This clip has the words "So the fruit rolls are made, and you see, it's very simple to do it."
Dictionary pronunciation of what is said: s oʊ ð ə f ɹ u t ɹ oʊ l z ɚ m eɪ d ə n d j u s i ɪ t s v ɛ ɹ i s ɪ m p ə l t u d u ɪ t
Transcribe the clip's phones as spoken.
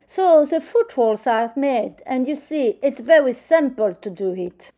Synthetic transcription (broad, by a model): s oʊ ð ə f u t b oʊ l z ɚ m eɪ d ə n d j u s i ɪ t s v ɛ ɹ i s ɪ m p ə l t u d u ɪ t